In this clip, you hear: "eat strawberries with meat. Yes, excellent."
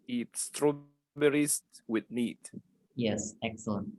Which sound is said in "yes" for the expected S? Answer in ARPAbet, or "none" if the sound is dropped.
S